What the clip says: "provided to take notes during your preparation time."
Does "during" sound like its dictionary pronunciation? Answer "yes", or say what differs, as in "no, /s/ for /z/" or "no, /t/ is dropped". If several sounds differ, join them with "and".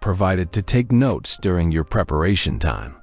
yes